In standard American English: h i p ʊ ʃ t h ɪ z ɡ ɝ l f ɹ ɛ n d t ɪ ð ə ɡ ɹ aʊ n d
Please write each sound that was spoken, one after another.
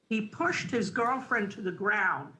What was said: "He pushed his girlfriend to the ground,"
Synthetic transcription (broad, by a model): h i p ʊ ʃ t h ɪ z ɡ ɝ l f ɹ ɛ n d t ɪ ð ə ɡ ɹ aʊ n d